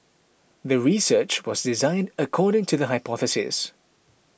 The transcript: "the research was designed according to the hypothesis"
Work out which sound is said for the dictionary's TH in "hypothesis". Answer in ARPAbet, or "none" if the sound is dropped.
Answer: TH